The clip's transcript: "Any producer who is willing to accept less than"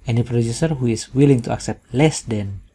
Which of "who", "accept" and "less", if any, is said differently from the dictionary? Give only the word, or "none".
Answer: none